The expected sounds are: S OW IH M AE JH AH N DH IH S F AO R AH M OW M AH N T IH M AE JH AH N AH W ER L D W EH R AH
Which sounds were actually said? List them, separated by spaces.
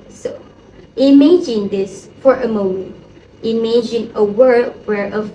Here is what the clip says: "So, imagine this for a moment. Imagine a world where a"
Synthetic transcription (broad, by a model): S OW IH M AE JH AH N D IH S F AO R AH M OW M AH N T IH M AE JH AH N AH W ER D W EH R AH